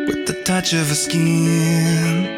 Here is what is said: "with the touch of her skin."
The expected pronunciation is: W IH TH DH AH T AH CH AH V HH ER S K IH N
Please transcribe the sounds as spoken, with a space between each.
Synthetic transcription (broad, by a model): W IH DH AH T AH CH AH V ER S K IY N